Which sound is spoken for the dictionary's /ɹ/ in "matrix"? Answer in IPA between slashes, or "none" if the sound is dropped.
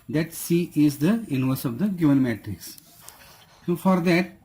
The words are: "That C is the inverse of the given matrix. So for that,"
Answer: /ɹ/